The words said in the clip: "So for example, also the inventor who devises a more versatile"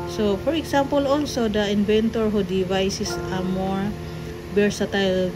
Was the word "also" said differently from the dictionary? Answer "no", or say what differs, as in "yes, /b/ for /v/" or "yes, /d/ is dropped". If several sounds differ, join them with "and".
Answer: no